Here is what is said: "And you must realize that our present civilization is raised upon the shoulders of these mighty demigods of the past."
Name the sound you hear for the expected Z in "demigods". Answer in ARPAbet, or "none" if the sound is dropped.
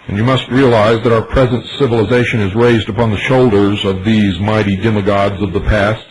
Z